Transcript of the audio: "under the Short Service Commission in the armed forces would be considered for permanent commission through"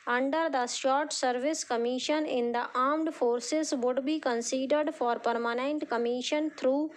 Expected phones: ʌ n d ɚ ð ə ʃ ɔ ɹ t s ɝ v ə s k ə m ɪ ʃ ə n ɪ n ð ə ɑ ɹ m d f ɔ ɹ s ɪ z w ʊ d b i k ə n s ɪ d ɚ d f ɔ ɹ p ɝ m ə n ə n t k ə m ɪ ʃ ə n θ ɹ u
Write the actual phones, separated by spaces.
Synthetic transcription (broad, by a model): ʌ n d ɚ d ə s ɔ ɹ t s ɝ v ə s k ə m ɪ ʃ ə n ɪ n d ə ɑ ɹ m d f ɔ ɹ s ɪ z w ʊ d b i k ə n s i d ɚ d f ɔ ɹ p ɝ m ə n ə n t k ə m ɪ ʃ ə n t ɹ u